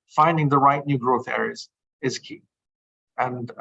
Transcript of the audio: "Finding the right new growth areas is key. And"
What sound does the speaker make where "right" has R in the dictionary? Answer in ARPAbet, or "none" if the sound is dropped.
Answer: R